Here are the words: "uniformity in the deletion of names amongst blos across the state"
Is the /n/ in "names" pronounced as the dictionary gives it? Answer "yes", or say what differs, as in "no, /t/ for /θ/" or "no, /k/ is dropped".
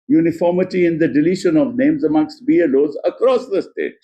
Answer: yes